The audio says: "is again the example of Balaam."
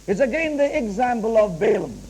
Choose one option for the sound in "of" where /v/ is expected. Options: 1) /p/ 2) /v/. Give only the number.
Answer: 2